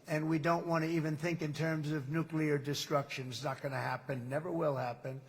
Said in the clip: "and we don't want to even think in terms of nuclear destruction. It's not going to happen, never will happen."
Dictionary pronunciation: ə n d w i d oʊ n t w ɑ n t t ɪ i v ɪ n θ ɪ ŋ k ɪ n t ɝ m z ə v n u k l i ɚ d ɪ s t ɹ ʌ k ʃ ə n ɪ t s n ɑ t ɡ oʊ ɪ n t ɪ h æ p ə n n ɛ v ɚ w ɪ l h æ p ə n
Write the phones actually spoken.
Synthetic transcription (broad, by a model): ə n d w i d oʊ n t w ɑ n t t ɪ i v ɪ n θ ɪ ŋ k ɪ n t ɝ m z ə v n u k l i ɚ d ɪ s t ɹ ʌ k ʃ ə n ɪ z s n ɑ t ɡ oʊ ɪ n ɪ h æ p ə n n ɛ v ɚ w ɪ l h æ p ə n